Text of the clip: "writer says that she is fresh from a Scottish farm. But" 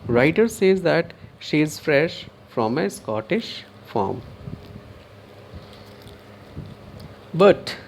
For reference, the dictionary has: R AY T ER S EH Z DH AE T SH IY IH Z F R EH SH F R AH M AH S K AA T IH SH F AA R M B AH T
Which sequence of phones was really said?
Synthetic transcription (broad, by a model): R AY T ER S EH Z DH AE T SH IY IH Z F R EH SH F R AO M AH S K AA T IH SH F AA R M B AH T